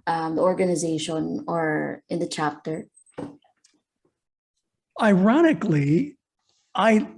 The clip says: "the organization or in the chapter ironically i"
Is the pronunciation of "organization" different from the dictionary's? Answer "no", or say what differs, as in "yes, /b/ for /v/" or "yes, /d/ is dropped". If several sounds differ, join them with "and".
no